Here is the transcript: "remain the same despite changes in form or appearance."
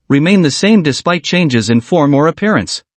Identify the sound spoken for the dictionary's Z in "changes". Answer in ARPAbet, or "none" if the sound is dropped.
Z